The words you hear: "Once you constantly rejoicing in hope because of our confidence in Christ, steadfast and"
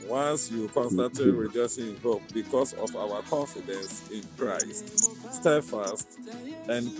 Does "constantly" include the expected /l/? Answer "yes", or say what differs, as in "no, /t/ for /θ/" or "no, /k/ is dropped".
no, /l/ is dropped